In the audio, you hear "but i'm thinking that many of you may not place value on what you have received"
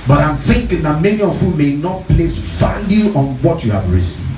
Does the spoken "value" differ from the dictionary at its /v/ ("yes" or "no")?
yes